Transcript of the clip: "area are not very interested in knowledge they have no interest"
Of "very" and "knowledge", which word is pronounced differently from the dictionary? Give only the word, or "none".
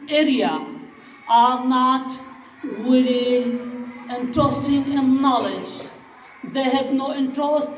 very